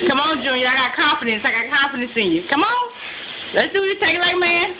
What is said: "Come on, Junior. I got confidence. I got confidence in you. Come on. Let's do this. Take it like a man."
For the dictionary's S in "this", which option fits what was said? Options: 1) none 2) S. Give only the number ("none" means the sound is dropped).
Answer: 1